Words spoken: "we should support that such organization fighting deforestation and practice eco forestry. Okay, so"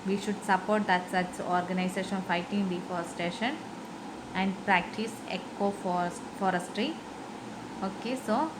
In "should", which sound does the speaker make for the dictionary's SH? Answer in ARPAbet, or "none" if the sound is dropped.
SH